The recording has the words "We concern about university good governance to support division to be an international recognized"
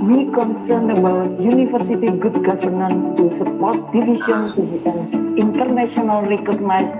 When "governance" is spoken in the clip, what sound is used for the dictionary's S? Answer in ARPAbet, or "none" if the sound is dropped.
none